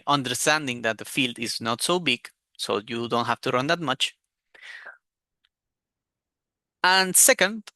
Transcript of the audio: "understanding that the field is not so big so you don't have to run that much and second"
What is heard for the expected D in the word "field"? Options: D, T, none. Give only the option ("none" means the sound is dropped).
D